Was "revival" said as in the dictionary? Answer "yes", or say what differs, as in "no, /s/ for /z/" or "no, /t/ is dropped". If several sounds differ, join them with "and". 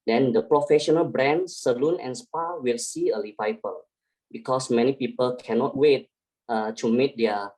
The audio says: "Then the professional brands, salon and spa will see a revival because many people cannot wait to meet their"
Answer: no, /l/ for /ɹ/